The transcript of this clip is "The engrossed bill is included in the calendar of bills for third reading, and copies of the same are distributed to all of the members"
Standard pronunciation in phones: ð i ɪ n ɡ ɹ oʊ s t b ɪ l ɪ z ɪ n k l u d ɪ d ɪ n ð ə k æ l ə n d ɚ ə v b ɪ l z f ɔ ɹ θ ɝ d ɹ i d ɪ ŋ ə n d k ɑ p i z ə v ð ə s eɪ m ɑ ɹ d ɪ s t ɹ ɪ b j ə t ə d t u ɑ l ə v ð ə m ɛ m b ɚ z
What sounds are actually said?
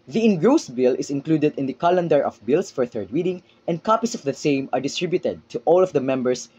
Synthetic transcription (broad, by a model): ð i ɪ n ɡ ɹ oʊ s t b ɪ l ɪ s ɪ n k l u d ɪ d ɪ n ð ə k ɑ l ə n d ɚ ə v b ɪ l s f ɔ ɹ θ ɝ d w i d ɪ ŋ ə n d k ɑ p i s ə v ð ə s eɪ m ɑ ɹ d ɪ s t ɹ ɪ b j ə t ə d t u ɑ l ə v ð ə m ɛ m b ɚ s